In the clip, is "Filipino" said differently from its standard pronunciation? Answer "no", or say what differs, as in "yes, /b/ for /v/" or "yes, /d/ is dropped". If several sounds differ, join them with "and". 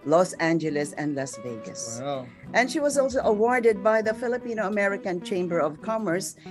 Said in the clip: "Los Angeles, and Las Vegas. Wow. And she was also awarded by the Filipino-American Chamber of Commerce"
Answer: no